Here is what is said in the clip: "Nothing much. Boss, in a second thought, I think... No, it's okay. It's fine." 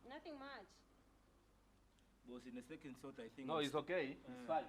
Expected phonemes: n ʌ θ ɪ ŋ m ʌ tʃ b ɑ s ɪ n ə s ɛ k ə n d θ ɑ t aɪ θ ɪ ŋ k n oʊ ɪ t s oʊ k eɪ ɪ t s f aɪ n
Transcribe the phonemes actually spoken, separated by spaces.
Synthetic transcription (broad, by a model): n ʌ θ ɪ ŋ m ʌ tʃ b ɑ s ɪ n ə s ɛ k ə n d s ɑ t aɪ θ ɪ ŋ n n oʊ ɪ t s oʊ k eɪ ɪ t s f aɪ